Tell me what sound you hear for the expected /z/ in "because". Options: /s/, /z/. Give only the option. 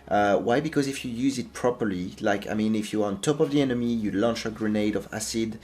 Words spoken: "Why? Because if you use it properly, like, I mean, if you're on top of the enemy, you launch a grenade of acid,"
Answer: /z/